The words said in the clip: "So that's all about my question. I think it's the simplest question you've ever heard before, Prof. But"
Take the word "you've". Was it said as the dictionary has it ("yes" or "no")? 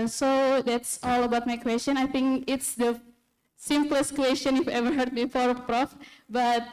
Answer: no